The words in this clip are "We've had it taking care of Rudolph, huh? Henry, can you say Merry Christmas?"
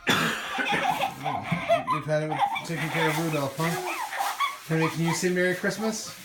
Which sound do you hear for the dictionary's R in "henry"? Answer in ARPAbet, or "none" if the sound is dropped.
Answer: none